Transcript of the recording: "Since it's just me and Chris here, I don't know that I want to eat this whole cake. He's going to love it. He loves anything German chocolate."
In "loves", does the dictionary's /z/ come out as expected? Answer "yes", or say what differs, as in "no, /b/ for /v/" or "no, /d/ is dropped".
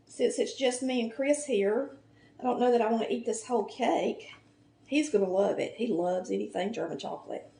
yes